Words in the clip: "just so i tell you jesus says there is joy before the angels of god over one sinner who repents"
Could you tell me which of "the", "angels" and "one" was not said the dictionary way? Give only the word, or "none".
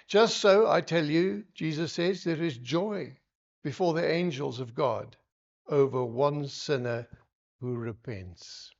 none